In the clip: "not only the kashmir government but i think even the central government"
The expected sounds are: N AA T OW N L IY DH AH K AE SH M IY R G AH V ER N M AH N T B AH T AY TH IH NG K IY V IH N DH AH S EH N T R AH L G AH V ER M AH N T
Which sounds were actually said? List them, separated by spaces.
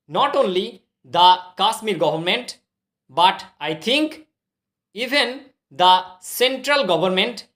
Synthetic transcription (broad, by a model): N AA T OW N L IY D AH K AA S M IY R G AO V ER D M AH N T B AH T AY T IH NG K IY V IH N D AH S EH N T R AH L G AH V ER M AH N T